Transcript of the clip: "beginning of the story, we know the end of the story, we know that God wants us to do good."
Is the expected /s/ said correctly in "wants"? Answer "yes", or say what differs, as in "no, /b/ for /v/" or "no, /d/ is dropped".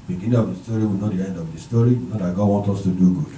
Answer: no, /s/ is dropped